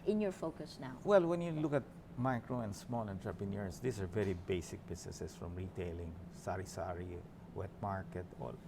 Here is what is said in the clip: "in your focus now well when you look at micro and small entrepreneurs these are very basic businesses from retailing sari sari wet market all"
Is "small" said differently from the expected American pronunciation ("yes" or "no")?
no